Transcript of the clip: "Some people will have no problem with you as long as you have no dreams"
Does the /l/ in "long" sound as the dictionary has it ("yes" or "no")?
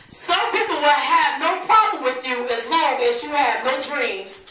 no